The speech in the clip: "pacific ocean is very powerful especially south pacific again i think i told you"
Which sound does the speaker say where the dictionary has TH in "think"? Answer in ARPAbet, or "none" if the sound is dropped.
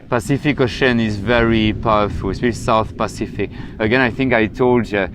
TH